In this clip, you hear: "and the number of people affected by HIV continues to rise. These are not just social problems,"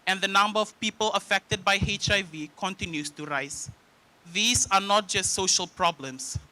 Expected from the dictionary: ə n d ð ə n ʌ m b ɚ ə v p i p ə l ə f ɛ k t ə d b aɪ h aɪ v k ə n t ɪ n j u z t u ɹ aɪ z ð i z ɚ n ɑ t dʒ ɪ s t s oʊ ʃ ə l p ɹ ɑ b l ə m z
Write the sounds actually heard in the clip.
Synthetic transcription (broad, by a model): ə n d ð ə n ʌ m b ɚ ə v p i p ə l ə f ɛ k t ə d b aɪ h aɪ v k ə n t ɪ n j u s t u ɹ aɪ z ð i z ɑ n ɑ t dʒ ɪ s t s oʊ ʃ ə l p ɹ ɑ b l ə m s